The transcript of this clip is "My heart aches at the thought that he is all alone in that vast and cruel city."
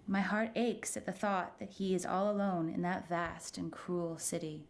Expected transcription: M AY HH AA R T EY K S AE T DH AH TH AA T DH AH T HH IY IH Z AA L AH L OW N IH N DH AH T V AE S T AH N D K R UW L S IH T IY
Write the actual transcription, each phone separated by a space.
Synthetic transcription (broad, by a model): M AY HH AA R T EY K S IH T DH AH TH AA T DH AH T HH IY IH Z AA L AH L OW N IH N DH AH T V AE S T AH N K R UW L S IH T IY